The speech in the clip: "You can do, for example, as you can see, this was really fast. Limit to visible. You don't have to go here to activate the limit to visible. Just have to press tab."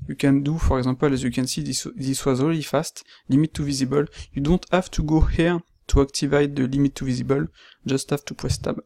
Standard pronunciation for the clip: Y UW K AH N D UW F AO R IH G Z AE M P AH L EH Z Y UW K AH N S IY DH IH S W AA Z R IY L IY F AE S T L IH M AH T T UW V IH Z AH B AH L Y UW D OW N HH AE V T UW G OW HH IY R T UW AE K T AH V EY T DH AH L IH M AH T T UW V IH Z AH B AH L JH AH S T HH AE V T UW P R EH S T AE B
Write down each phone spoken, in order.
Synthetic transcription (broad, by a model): Y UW K AH N D UW F AO R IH G Z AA P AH L EH Z Y UW K AH N S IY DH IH S W AA Z R IY L IY F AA S T L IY M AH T T UW V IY Z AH B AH L Y UW D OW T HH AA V T UW G OW HH IY R T UW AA K T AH V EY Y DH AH L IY M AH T T UW V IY Z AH B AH L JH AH S T HH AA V T UW P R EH S T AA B